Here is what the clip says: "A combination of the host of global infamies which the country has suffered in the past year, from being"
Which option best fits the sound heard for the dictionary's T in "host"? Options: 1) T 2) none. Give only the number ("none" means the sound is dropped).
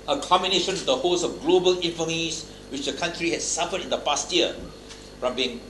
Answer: 2